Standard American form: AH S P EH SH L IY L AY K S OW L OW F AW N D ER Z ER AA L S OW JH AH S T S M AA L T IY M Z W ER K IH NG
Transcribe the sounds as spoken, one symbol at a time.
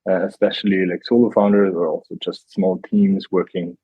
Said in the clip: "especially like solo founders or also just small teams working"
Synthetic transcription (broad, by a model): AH S P EH SH L IY L AY K S OW L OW F AW N D ER Z ER AA L S OW JH AH S T S M AA L T IY M Z W ER K IH NG